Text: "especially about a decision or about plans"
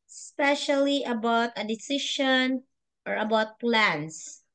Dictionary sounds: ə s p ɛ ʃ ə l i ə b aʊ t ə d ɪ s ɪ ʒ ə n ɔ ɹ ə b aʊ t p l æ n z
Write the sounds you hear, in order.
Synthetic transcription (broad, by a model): s p ɛ ʃ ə l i ə b aʊ t ə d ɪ s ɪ ʃ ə n ɔ ɹ ə b aʊ t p l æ n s